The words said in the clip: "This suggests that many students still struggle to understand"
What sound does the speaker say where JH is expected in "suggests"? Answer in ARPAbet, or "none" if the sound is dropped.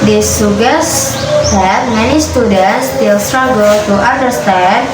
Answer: none